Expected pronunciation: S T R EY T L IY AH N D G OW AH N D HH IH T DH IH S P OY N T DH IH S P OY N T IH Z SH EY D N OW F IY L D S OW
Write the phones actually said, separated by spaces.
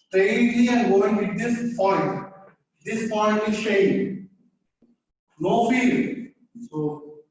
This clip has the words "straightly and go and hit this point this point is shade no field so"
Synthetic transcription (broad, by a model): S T R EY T L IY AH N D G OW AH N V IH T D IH S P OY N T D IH S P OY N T IH Z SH EY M N OW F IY D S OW